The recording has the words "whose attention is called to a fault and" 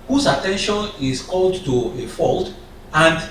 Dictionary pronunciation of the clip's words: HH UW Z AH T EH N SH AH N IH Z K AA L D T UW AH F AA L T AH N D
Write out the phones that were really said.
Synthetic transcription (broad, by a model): HH UW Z AH T EH N SH AH N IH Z K AA L D T UW AH F AA L T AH N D